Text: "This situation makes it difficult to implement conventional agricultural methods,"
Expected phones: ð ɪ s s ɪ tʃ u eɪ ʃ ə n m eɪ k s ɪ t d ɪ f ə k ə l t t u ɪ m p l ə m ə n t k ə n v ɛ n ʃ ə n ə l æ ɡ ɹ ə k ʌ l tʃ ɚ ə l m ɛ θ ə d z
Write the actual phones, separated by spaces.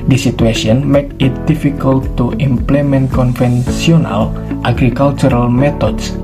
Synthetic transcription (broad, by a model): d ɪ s s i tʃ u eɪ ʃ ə n m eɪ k ɪ t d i f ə k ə l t t u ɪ m p l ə m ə n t k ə n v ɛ n s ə n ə l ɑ ɡ ɹ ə k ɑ l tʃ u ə l m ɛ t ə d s